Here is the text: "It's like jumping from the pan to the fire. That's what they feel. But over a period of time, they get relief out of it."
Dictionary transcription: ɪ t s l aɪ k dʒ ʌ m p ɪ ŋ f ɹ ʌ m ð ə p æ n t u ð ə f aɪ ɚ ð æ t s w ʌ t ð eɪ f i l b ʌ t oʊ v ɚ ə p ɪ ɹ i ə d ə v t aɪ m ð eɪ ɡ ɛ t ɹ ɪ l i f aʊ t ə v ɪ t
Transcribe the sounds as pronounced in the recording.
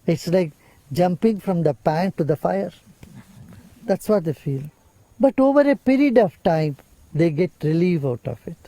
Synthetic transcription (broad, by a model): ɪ t s l aɪ k dʒ ʌ m p ɪ ŋ f ɹ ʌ m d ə p æ n t u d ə f aɪ ɚ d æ t s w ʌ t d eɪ f i l b ʌ t oʊ v ɚ ə p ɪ ɹ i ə d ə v t aɪ m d eɪ ɡ ɛ t ɹ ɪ l i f aʊ t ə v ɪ t